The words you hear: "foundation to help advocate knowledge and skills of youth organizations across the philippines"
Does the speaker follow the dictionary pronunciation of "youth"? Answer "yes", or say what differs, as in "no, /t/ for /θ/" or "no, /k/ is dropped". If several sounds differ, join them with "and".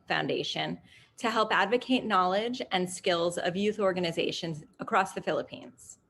yes